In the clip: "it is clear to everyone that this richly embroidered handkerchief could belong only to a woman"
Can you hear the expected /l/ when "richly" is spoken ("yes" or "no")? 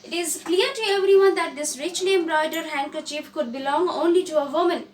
no